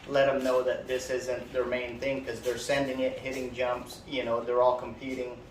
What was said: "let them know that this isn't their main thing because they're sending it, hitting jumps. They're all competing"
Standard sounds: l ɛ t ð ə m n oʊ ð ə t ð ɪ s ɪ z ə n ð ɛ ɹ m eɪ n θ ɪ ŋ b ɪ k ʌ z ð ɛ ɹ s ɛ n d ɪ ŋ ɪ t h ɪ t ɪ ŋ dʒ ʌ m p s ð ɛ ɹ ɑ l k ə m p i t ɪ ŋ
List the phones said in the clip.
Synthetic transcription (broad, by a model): l ɛ t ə m n oʊ ð ə t ð ɪ s ɪ z ə n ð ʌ ɹ m eɪ n θ ɪ ŋ k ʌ z ð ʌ ɹ s ɛ n d ɪ ŋ ɪ t h ɪ t ɪ ŋ dʒ ʌ m p s ð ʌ ɹ ɑ l k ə m p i t ɪ ŋ